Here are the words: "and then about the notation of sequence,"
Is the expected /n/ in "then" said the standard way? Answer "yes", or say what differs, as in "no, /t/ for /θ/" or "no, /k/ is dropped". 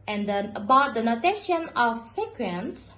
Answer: no, /n/ is dropped